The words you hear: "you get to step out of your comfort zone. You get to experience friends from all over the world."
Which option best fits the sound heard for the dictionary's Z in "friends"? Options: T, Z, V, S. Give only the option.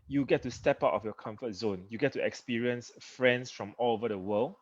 S